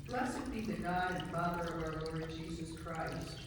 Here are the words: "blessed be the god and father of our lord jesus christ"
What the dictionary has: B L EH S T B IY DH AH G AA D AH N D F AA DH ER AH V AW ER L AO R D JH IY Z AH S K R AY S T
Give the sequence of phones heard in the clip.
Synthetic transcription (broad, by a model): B L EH S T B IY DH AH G AA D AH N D F AA DH ER AH V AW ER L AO R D JH IY Z AH S K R AY S T